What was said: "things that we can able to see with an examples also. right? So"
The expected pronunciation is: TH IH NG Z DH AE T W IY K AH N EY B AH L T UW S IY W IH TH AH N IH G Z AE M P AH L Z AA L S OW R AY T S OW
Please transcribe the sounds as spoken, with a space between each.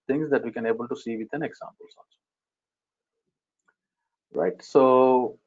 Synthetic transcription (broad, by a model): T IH NG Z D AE T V IY K AH N EY B AH L T UW S IY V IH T AH N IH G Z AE M P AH L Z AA N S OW R AY T S OW